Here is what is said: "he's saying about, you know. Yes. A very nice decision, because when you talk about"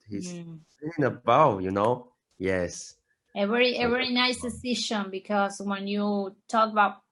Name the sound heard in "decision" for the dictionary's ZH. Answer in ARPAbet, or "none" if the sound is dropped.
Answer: SH